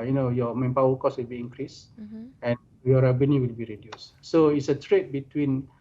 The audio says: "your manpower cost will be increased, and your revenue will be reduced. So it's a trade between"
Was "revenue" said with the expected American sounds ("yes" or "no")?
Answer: no